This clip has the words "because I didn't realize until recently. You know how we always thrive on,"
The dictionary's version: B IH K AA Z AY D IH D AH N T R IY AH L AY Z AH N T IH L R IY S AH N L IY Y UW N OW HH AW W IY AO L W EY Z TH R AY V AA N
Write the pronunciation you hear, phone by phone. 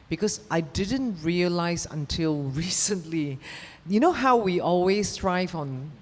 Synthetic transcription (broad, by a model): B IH K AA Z AY D IH D AH N T R IY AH L AY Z AH N T IH L R IY S AH N L IY Y UW N OW HH AW W IY AO L W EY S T R AY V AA N